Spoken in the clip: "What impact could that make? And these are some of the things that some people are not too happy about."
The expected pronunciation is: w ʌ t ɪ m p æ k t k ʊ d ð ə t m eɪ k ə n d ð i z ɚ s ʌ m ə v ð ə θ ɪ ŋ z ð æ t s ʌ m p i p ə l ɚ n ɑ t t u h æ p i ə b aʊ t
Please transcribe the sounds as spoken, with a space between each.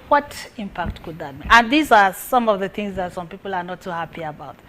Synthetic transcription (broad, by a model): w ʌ t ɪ m p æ k t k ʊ d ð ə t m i ə n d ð i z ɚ s ʌ m ə v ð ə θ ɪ ŋ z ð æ t s ʌ m p i p ə l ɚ n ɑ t t u h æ p i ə b aʊ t